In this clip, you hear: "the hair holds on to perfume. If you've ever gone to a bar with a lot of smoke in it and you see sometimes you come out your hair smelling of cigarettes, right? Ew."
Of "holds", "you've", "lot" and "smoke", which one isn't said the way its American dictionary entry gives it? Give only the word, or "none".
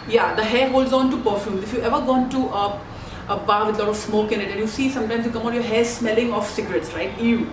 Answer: you've